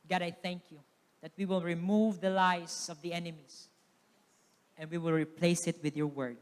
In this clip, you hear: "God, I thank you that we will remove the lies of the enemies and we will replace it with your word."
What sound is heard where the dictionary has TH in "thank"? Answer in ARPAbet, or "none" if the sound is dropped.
TH